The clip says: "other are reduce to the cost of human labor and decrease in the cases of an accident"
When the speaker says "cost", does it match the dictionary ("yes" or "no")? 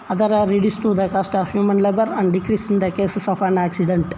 yes